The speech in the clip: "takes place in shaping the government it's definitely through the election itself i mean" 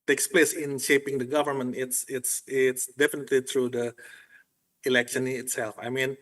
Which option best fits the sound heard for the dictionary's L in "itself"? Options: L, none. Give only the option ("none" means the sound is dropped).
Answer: L